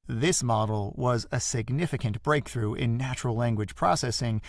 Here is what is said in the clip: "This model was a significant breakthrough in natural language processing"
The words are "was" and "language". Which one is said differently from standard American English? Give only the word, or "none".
none